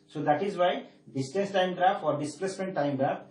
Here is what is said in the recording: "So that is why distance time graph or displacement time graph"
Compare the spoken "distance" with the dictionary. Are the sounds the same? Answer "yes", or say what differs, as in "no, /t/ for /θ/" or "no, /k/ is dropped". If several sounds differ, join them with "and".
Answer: no, /n/ is dropped